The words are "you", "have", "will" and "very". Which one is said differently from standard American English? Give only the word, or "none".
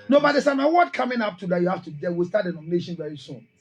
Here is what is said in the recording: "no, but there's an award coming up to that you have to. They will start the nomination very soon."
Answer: have